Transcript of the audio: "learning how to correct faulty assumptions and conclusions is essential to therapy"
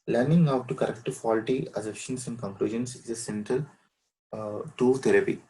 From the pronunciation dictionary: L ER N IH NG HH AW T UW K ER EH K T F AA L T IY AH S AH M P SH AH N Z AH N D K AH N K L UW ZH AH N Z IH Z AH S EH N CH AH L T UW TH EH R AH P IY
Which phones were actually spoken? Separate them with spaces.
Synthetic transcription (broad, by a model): L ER N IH NG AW T UW K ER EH K T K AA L T IY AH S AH P SH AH N S AH N D K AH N K L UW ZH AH N S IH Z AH S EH N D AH L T UW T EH R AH P IY